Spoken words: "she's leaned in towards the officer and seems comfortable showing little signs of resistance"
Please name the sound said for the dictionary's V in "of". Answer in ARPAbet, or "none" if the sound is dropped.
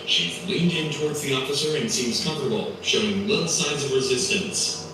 V